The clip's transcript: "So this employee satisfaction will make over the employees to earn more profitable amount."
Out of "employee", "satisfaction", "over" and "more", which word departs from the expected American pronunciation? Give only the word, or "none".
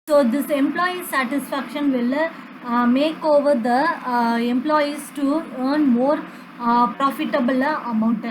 none